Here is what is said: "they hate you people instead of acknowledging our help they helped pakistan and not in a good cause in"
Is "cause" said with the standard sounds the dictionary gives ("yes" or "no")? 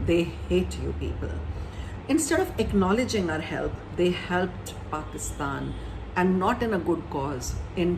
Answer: yes